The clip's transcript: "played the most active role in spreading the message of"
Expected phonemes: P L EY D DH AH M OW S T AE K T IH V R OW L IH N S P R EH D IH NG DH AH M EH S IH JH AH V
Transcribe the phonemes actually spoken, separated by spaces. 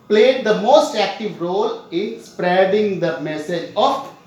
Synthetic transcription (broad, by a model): P L EY D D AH M OW S T AE K T IH V R OW L IH N S P R EH D IH NG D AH M EH S IH JH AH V